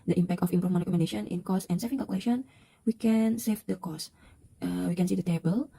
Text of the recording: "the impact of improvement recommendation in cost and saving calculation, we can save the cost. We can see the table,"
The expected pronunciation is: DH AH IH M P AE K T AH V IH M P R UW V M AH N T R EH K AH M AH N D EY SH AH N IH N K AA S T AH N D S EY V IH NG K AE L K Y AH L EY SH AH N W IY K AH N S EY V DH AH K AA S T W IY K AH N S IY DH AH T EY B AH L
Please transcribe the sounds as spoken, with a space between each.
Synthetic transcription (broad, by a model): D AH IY M P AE K T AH F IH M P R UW M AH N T R EH K AH M AH N D EY SH AH N IH N K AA S AH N S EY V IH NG K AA L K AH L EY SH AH N W IY K AH N S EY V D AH K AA S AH W IY K AH N S IY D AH T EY B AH L